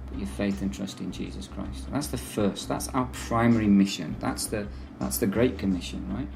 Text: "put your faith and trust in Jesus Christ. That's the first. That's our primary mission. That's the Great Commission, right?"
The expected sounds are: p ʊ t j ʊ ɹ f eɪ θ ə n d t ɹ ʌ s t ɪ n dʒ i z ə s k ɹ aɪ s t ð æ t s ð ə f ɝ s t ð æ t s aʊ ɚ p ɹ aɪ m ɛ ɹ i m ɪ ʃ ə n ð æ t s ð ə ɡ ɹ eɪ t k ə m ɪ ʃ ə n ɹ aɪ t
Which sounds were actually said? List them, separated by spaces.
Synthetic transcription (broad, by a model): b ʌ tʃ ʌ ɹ f eɪ θ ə n t ɹ ʌ s t ɪ n dʒ i z ə s k ɹ aɪ s t ð æ t s ð ə f ɝ s t ð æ t s aʊ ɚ p ɹ aɪ m ɛ ɹ i m ɪ ʃ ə n ð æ t s ð ə ɡ ɹ eɪ t k ə m ɪ ʃ ə n ɹ aɪ t